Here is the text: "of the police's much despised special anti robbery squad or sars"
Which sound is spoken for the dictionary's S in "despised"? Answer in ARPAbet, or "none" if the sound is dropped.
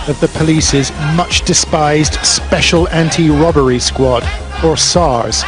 S